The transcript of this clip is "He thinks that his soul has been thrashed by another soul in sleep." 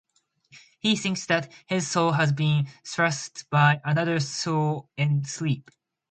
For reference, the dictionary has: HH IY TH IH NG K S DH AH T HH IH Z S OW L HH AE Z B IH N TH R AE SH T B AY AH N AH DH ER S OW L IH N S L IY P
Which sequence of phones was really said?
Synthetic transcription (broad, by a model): HH IY TH IH NG K S DH AH T HH IH Z S OW L HH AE Z B IH N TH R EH S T B AY AH N AH DH ER S OW L IH N S L IY P